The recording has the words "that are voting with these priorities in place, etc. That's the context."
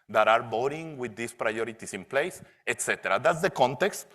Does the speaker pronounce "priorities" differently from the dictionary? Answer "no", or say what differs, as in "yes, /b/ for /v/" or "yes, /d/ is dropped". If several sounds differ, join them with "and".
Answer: yes, /s/ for /z/